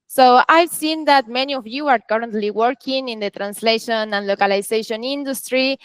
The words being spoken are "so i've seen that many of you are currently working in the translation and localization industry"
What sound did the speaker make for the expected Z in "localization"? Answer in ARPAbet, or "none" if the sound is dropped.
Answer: S